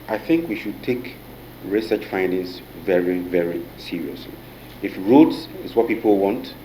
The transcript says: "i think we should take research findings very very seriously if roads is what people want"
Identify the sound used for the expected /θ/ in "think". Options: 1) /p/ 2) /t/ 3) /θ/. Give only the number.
3